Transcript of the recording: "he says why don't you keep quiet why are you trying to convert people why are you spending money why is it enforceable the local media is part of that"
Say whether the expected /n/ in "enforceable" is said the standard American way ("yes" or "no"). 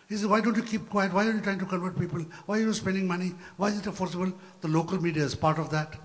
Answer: no